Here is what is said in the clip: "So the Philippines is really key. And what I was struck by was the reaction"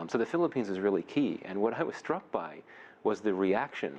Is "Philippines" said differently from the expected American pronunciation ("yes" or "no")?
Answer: no